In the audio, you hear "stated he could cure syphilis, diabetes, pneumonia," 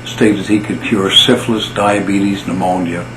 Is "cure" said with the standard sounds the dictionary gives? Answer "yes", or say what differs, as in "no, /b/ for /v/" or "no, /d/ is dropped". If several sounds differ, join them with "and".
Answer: yes